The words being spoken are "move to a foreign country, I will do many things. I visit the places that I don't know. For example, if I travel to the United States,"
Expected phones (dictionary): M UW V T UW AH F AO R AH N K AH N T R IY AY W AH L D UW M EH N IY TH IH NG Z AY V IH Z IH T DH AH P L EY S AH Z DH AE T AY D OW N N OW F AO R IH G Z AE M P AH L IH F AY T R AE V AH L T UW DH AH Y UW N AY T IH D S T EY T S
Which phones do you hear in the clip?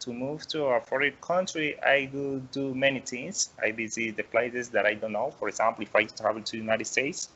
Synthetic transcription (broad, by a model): M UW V T UW AH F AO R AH K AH N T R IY AY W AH D UW M EH N IY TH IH NG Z AY B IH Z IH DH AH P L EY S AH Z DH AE T AY D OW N N OW F AO R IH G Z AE M P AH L IH F AY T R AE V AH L T UW Y UW N AY T IH D S T EY T S